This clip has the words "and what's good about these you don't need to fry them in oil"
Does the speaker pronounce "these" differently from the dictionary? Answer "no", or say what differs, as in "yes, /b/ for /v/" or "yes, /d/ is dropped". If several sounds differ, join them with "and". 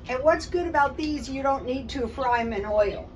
no